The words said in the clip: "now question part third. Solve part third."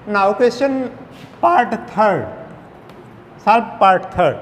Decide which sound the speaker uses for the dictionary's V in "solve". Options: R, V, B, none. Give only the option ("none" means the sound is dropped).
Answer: B